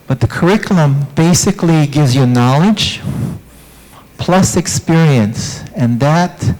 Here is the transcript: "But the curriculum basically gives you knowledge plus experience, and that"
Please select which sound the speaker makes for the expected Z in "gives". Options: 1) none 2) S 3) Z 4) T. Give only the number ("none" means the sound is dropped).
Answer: 3